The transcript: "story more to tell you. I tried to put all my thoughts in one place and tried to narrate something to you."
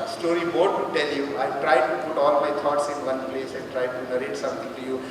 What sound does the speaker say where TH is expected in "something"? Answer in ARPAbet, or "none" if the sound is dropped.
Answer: T